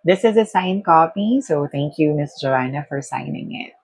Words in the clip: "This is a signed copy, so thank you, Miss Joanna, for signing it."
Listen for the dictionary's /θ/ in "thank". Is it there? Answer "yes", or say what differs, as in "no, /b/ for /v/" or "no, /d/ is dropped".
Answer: no, /t/ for /θ/